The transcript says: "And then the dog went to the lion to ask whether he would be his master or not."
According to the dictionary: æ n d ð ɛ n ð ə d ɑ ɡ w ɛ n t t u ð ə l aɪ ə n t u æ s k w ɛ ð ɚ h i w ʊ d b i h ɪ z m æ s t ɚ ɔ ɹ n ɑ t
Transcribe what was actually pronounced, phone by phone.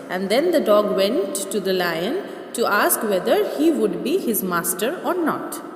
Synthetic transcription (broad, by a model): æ n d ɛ n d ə d ɑ ɡ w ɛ n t t u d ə l aɪ ə n t u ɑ s k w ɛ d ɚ h i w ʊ d b i h ɪ z m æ s t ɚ ɔ ɹ n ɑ t